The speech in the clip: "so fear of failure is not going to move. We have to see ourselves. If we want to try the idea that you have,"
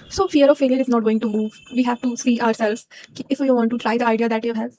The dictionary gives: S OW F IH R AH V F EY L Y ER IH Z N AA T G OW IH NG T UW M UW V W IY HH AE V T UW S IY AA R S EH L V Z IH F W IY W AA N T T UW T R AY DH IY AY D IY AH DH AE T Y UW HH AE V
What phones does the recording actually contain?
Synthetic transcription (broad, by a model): S OW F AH R AH V F EY L Y ER IH Z N AA T G OW IH NG T UW M UW V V IY HH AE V T UW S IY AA R S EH L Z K IH F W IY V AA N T T UW T R AY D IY AY D IY AH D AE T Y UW HH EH